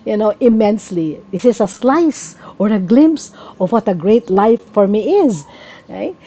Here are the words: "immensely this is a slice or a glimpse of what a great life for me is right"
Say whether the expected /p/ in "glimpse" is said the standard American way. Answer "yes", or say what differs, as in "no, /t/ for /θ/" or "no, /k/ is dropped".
yes